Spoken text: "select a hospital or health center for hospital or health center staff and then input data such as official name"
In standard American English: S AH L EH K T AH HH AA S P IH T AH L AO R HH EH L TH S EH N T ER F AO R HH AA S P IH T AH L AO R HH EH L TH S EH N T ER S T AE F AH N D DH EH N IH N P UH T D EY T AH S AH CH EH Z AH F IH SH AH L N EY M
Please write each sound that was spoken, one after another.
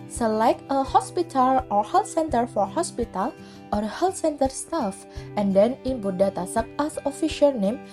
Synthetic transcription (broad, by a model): S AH L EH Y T AH HH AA S P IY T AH L AO R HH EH L T S EH N T ER F AO R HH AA S P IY T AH L AO R HH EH L T S EH N T ER S T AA F AH N D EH N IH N B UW D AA T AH S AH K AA S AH F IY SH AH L N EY M